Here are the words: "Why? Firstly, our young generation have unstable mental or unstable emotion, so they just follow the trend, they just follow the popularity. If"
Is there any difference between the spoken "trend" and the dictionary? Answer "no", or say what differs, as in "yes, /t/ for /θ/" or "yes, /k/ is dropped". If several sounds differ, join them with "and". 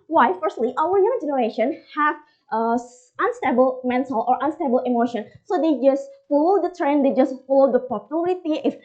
no